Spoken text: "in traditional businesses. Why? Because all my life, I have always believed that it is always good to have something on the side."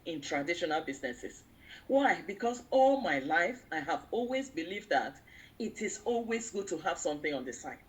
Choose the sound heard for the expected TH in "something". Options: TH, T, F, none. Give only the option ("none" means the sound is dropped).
TH